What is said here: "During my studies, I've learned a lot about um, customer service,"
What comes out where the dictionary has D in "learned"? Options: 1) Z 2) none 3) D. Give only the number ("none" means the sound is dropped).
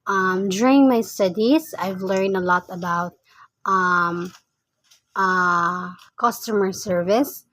3